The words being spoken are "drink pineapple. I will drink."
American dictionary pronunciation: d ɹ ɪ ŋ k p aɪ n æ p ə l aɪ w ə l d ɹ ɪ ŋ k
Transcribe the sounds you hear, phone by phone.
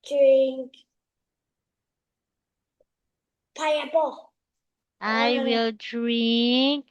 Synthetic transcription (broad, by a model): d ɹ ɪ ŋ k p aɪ ʌ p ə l aɪ w ə l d ɹ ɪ ŋ k